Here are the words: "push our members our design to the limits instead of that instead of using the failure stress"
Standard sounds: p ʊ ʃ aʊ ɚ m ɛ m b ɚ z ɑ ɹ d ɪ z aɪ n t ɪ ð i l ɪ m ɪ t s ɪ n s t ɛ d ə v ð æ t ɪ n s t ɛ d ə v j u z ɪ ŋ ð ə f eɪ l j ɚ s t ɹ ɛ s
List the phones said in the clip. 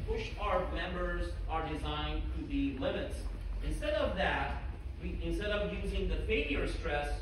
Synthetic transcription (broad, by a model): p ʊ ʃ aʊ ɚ m ɛ m b ɚ z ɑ ɹ d ɪ z aɪ n t ɪ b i l ɪ m ɪ t s ɪ n s t ɛ d ə v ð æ t ɪ n s t ɛ d ə v j u z ɪ ŋ ð ə f eɪ l j ɚ s t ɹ ɛ s